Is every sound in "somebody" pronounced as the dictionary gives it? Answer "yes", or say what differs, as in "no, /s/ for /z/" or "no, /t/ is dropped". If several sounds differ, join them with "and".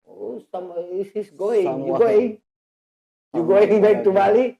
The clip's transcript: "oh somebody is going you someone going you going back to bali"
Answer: no, /b/ is dropped